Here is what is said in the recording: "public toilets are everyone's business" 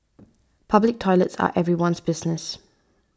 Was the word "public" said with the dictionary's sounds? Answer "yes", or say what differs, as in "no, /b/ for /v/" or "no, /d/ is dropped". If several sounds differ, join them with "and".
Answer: yes